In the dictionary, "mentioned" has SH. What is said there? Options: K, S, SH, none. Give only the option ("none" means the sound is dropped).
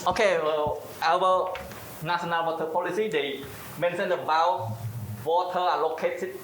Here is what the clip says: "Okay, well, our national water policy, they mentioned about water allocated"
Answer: S